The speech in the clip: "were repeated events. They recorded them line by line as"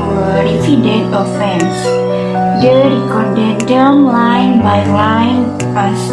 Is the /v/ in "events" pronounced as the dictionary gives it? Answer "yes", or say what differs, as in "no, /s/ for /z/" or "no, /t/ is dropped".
no, /f/ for /v/